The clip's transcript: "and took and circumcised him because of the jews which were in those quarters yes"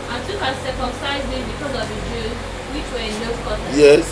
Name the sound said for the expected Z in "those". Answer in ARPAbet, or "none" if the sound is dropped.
none